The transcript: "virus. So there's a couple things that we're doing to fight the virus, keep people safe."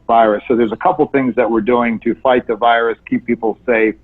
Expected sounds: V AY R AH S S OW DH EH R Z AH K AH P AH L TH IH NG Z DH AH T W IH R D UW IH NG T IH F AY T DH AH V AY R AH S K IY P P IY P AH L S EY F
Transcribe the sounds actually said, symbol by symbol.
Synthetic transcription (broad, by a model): V AY R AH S S OW DH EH R Z AH K AH P L TH IH NG Z DH AH T W IH R D UW IH NG T IH F AY T DH AH V AY R AH S K IY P P IY P L S EY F